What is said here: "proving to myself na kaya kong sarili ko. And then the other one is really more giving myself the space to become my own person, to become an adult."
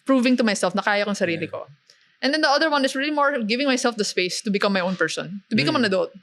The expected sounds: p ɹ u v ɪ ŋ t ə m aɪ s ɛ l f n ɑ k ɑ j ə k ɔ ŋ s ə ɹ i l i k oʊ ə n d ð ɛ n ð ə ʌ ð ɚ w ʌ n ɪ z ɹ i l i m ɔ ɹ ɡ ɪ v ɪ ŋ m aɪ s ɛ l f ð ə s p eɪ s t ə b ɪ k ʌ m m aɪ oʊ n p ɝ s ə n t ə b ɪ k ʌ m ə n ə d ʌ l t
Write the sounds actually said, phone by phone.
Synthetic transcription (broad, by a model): p ɹ u v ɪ ŋ t ə m aɪ s ɛ l f n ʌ k ɑ j ə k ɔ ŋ s ə ɹ i l i k oʊ ə n d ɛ n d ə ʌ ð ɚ w ʌ n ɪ s ɹ i l i m ɔ ɹ ɡ ɪ v ɪ ŋ m aɪ s ɛ l f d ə s p eɪ s t ə b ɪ k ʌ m m aɪ oʊ n p ɝ s ə n t ə b ɪ k ʌ m ə n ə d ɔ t